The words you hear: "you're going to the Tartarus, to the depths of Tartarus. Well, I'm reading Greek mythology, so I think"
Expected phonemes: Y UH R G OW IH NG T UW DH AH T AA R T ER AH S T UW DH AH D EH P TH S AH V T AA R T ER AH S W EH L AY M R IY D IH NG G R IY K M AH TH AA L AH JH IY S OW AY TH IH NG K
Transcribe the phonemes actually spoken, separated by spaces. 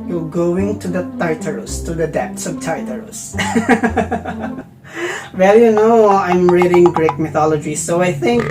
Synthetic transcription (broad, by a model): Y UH G OW IH NG T UW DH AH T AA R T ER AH S T UW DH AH D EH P T S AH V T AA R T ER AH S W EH L AY M R IY D IH NG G R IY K M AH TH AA L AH JH IY S OW AY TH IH NG K